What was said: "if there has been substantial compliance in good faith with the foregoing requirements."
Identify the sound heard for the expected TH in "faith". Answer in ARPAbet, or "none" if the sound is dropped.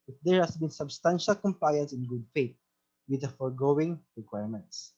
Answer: T